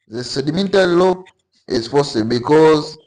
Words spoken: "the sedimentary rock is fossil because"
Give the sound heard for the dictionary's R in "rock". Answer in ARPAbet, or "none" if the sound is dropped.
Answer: L